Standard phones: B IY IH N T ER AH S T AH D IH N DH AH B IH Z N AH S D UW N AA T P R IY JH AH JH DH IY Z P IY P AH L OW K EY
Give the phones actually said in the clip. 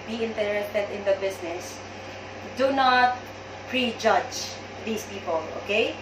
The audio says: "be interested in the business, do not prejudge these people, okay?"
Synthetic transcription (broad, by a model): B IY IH N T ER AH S T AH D IH N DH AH B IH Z N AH S D UW N AA T P R IY JH AH JH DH IY S P IY P AH L OW K EY